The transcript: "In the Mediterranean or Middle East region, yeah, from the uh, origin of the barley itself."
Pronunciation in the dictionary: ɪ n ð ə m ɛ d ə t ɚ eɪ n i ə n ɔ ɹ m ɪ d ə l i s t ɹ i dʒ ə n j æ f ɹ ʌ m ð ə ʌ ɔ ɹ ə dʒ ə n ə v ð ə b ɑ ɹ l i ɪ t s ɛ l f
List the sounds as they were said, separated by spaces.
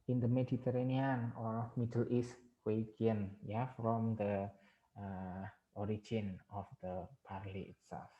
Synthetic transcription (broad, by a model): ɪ n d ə m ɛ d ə t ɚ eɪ n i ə n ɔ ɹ m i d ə l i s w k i ə n j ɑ f ɹ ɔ m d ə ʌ ɔ ɹ ə dʒ ə n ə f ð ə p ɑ ɹ l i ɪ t s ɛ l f